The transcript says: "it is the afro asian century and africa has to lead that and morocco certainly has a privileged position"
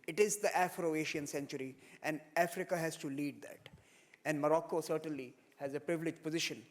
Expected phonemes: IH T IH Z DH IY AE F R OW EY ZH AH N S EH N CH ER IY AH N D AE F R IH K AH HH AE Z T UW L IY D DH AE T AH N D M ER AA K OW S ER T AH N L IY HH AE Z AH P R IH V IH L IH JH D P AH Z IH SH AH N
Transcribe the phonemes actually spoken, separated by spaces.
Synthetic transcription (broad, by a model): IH T IH Z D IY AE F R OW EY SH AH N S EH N CH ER IY AH N D AE F R IH K AH HH AE Z T UW L IY D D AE T AH N D M ER AA K OW S ER T AH N L IY HH AE Z AH P R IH V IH L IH JH P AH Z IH SH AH N